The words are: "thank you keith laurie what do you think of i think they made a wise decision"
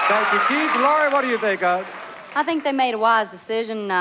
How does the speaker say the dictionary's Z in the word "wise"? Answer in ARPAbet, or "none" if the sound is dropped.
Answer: Z